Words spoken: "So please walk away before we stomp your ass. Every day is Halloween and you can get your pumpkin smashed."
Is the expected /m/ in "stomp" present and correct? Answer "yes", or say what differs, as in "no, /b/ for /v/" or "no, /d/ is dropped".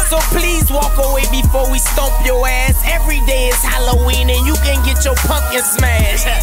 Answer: no, /m/ is dropped